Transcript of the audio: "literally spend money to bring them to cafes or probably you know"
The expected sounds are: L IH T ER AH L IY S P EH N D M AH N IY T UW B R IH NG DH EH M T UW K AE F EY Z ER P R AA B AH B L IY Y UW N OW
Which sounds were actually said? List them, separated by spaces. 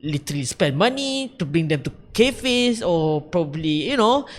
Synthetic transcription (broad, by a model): L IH T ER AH L IY S P EH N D M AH N IY T UW B R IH NG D EH M T UW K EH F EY S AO P R AA B AH B L IY Y UW N OW